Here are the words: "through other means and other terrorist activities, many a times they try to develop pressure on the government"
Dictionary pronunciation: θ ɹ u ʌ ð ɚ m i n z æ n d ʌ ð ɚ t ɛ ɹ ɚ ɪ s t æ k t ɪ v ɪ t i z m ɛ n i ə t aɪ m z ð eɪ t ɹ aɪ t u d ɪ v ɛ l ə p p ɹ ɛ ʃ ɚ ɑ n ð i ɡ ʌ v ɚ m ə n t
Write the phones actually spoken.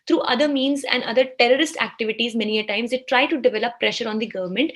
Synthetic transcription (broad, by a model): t ɹ u ʌ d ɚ m i n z æ n d ʌ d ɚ t ɛ ɹ ɚ ɪ s t æ k t ɪ v ɪ t i z m ɛ n i ə t aɪ m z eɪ t ɹ aɪ t u d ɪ v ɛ l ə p p ɹ ɛ ʃ ɚ ɑ n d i ɡ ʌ v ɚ m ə n t